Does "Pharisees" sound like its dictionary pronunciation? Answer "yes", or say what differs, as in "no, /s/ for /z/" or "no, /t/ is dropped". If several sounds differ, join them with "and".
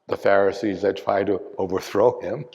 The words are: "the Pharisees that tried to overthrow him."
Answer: yes